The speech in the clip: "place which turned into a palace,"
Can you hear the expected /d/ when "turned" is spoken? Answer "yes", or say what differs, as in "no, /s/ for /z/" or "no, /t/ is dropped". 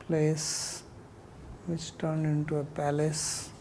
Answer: yes